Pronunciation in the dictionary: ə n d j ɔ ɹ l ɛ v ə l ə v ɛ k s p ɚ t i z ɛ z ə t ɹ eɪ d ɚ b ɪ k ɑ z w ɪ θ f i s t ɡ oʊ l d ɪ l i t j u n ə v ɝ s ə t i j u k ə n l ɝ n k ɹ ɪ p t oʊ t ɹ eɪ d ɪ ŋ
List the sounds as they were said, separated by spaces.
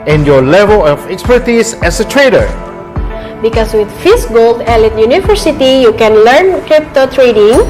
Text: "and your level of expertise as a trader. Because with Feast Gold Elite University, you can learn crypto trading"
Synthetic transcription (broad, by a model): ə n j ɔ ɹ l ɛ v ə l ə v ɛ k s p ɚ t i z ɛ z ə t ɹ eɪ d ɚ b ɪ k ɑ s w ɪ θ f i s ɡ oʊ l d ɪ l i t j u n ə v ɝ s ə t i j u k ə n l ɝ n k ɹ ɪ p t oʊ t ɹ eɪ d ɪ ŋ